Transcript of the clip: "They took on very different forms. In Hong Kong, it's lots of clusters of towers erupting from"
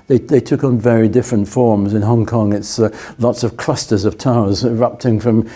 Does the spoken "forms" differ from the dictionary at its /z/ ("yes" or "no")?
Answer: no